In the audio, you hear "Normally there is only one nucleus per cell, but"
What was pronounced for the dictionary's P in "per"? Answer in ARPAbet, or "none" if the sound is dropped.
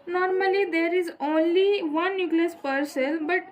P